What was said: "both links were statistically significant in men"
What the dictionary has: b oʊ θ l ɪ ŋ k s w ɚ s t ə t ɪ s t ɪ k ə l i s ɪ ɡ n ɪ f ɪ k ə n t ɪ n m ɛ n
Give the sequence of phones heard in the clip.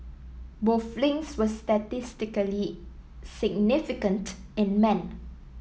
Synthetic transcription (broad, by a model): b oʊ f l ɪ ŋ s w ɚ s t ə t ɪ s t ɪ k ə l i s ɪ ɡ n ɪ f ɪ k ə n t ɪ n m ɛ n